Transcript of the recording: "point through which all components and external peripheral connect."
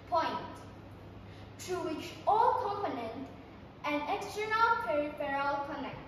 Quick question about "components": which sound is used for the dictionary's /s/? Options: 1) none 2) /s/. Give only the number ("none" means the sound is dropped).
1